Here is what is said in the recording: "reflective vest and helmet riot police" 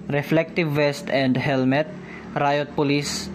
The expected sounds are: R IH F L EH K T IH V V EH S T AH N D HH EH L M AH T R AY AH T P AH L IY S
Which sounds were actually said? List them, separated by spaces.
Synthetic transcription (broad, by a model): R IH F L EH K T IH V V EH S T AH N D HH EH L M AH T R AY AH T P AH L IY S